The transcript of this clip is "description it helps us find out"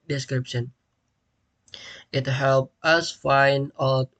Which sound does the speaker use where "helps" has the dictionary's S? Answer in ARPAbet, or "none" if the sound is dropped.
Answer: none